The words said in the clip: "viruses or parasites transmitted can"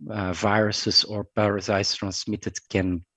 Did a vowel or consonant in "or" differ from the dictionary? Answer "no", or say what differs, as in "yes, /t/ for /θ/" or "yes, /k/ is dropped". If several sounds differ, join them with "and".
no